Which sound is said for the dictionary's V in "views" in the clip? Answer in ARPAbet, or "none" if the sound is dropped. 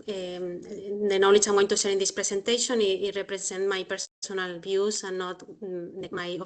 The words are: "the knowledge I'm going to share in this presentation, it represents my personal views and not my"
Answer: B